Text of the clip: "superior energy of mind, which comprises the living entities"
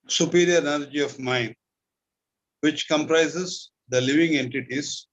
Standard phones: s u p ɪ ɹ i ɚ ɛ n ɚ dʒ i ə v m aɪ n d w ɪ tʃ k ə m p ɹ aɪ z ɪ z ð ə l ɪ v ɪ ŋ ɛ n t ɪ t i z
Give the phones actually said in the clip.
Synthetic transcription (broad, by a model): s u p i ɹ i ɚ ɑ l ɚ dʒ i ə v m aɪ n d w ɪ tʃ k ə m p ɹ aɪ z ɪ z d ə l ɪ v ɪ ŋ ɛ n t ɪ t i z